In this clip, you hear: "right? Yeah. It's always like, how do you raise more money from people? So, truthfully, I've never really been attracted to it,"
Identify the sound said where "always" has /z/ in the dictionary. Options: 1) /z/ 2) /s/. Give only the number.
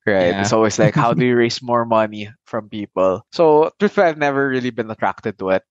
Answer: 2